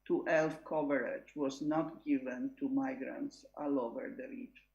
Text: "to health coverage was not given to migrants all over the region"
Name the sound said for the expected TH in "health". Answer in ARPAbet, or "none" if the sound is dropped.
F